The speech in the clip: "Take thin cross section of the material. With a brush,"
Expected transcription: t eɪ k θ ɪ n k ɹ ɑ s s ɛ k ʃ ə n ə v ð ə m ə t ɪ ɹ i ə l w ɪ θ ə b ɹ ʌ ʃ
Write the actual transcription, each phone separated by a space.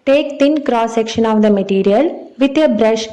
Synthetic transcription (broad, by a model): t eɪ k t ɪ n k ɹ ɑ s s ɛ k ʃ ə n ə v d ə m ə t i ɹ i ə l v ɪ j ə b ɹ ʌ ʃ